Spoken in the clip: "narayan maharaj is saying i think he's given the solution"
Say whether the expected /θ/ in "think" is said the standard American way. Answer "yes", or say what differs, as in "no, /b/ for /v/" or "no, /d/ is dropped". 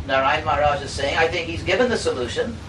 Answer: yes